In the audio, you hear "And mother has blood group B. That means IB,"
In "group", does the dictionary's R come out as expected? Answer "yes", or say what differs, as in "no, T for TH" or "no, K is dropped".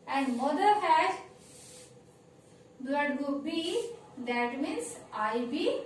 no, R is dropped